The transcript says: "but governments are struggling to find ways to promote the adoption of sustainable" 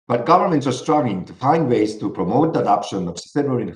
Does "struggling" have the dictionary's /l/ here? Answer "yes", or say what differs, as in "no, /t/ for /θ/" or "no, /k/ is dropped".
no, /l/ is dropped